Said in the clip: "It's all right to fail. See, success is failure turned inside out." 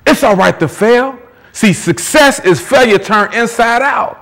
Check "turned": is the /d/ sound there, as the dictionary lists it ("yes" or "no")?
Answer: no